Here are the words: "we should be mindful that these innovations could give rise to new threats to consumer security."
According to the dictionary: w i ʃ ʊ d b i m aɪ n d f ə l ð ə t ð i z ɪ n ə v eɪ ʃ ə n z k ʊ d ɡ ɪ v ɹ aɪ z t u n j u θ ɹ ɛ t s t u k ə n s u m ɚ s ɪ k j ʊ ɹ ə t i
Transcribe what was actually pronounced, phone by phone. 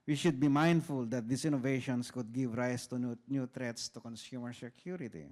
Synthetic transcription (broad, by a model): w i ʃ ʊ d b i m aɪ n d f ə l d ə t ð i s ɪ n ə v eɪ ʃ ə n s k ʊ d ɡ ɪ v ɹ aɪ s t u n j u t ɹ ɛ t s t u k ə n s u m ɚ s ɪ k j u ɹ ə t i